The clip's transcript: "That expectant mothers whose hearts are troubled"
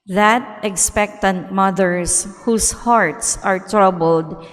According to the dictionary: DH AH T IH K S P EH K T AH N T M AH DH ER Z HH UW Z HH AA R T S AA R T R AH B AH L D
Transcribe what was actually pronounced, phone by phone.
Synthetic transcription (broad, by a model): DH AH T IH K S P EH K T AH N T M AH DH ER S HH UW S HH AA R T S AA R T R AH B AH L D